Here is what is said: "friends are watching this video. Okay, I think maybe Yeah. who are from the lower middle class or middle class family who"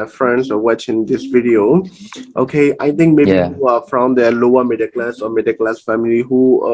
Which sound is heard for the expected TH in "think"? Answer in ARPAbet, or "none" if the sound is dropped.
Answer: T